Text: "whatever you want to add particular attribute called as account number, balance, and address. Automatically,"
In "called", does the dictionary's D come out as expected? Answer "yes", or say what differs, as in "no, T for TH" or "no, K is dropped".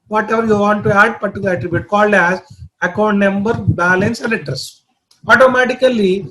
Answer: yes